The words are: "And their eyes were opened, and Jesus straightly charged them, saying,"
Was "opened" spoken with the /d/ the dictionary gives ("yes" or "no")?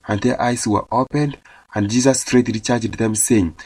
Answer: yes